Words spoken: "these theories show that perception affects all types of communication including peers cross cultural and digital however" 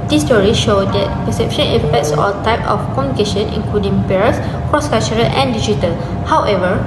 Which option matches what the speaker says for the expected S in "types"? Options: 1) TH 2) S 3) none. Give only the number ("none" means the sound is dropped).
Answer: 3